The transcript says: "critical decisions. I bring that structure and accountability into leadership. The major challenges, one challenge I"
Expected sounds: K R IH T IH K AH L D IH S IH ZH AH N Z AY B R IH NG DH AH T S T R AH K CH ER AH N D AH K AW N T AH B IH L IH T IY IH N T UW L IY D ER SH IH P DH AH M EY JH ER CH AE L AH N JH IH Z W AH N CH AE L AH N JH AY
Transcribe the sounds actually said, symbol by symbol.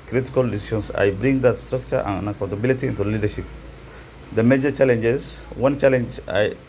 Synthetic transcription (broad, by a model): K R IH T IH K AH L D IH S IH SH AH N S AY B R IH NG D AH T S T R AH K CH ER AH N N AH K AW N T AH B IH L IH T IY IH N T UW L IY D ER SH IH P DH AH M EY JH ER CH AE L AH N JH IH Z W AH N CH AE L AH N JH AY